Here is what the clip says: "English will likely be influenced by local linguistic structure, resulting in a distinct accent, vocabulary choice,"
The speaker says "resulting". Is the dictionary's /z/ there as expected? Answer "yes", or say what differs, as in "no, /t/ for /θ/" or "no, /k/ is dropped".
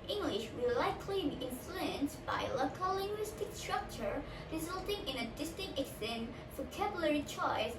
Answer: yes